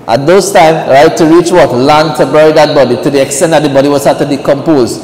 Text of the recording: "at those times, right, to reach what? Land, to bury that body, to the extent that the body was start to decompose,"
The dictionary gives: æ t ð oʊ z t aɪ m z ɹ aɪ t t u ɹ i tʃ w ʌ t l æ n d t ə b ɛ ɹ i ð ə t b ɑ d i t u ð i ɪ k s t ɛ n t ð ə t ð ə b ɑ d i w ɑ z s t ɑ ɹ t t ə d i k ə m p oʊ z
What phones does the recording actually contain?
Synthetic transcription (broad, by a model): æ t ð oʊ s t aɪ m ɹ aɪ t t u ɹ i tʃ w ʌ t l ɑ n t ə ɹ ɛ ɹ i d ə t b ɑ d i t u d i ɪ k s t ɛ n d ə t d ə b ɑ d i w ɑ s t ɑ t t ə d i k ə m p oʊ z